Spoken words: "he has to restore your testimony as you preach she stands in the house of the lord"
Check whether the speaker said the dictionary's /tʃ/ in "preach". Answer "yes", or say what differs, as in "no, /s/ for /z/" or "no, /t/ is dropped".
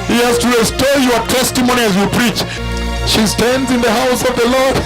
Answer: yes